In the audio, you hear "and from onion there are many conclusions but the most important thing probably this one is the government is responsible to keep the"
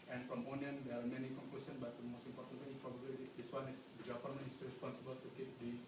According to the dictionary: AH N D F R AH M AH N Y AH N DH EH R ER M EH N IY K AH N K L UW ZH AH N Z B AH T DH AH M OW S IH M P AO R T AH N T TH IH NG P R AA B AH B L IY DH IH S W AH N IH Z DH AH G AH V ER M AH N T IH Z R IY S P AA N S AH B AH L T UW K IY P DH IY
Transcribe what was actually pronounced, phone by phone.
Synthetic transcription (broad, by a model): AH N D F R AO M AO N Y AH N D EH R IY M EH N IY K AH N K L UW S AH N B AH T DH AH M OW S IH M P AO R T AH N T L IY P R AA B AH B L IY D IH S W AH N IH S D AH G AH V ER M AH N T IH S R IY S P AA N S AH B AH L T UW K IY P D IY